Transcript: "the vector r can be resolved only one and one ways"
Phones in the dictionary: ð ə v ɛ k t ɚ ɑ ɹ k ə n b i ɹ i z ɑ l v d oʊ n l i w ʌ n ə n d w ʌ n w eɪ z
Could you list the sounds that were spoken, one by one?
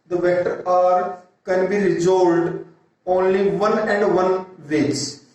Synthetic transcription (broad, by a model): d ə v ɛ t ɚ ɑ ɹ k ə n b i ɹ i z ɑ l d oʊ n l i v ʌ n ə n d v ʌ n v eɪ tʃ